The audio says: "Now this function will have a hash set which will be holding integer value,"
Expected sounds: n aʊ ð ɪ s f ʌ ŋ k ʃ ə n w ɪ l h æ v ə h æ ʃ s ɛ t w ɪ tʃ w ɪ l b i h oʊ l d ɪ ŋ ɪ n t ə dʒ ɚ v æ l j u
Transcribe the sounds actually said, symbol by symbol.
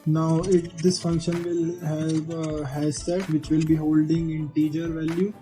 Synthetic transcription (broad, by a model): n aʊ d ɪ s f ʌ ŋ k ʃ ə n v ɪ l h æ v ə h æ s ɛ t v ɪ tʃ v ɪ l b i h oʊ l d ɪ ŋ ɪ n t ə dʒ ɚ v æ l j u